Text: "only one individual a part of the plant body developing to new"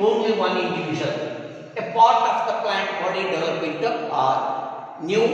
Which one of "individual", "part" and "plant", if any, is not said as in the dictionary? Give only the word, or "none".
individual